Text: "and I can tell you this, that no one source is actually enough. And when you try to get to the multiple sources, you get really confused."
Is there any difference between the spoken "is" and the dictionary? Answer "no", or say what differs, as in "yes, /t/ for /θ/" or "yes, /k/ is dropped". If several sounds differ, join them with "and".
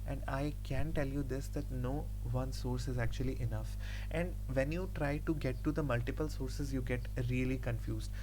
no